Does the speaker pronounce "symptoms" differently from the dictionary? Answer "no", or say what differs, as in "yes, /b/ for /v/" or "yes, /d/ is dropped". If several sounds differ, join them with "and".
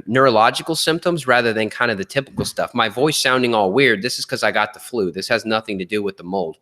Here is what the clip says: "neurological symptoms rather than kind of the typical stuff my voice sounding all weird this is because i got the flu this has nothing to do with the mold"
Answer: no